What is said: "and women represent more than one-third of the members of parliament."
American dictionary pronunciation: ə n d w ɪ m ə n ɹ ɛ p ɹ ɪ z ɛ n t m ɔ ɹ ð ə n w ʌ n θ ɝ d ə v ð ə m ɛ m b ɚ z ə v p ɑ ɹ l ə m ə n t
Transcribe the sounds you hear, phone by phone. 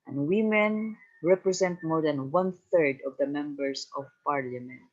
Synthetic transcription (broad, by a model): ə n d w ɪ m ə n ɹ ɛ p ɹ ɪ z ɛ n t m ɔ ɹ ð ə n w ʌ n θ ɝ d ə v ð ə m ɛ m b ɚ s ə v p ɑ ɹ l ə m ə n t